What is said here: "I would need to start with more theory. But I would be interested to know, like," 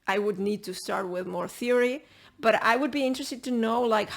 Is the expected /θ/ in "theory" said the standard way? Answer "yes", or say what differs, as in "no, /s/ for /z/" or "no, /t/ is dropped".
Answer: yes